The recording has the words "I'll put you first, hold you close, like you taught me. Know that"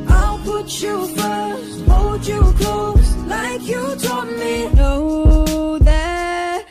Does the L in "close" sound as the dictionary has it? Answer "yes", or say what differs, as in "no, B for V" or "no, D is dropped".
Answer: no, L is dropped